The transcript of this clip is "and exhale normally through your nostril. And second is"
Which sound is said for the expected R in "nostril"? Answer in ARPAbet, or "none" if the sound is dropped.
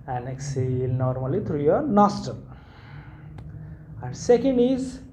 none